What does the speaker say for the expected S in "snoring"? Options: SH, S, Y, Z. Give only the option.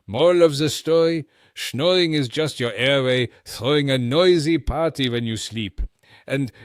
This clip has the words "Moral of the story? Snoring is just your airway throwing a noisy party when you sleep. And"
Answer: SH